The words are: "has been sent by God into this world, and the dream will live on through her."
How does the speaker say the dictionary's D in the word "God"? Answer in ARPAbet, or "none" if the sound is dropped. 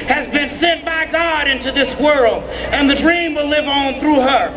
D